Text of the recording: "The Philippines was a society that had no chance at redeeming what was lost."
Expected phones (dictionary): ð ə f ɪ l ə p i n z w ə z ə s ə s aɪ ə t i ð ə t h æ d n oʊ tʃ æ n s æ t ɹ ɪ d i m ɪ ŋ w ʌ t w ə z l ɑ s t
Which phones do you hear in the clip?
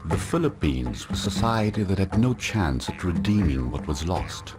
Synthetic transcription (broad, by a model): ð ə f ɪ l ə p i n z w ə ə s ə s aɪ ə t i ð ə t h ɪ d n oʊ tʃ æ n s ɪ t ɹ ɪ d i m ɪ ŋ w ʌ t w ə z l ɑ s t